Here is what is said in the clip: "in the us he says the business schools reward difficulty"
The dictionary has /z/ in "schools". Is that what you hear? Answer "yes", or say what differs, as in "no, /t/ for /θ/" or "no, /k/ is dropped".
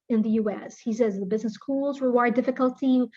yes